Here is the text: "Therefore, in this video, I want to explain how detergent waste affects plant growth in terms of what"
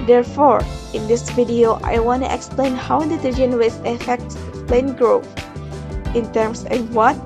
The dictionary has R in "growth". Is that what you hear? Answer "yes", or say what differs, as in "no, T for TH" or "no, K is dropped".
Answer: yes